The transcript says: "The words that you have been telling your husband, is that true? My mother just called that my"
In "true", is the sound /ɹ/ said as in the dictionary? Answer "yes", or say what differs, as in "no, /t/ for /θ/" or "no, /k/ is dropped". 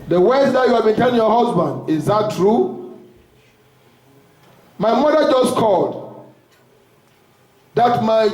yes